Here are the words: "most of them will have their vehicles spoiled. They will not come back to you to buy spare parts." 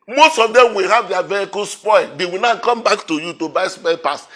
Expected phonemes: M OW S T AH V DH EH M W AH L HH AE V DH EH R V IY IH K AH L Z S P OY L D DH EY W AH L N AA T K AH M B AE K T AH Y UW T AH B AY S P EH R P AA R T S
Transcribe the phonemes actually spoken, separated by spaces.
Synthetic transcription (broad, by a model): M OW S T AH V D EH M W AH L HH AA V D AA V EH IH K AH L S P OY L D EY W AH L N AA K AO M B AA K T AH Y UW T AH B AY S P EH L P AA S